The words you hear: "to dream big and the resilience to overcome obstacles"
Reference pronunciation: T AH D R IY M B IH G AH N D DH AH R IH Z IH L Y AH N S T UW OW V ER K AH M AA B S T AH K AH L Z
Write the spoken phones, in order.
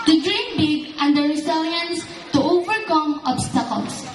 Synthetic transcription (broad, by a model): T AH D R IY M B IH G AH N D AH R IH S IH L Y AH N S T UW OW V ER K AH M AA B S T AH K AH L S